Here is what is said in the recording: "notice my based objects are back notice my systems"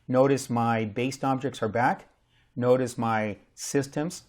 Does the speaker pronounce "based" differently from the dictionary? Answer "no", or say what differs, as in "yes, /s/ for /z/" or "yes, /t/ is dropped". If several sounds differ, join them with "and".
no